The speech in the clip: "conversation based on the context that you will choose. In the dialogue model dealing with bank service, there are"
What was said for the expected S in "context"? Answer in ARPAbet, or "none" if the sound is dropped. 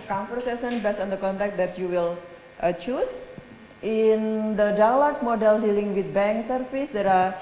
none